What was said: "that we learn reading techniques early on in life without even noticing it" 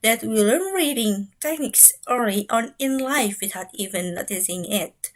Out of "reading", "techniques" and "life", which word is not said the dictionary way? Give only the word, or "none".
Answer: none